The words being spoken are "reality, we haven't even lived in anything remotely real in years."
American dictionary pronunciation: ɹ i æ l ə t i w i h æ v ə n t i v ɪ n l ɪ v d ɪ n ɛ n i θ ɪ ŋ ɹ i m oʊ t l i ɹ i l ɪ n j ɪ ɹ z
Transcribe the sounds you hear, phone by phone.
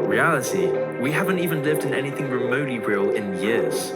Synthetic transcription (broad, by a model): ɹ i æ l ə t i w i h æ v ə n t i v ɪ n l ɪ v d ɪ n ɛ n i θ ɪ ŋ ɹ i m oʊ t l i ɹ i l ɪ n j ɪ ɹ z